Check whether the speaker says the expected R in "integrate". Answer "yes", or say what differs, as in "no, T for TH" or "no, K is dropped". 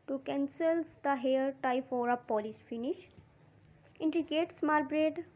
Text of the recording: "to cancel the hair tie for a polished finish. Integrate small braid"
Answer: no, R is dropped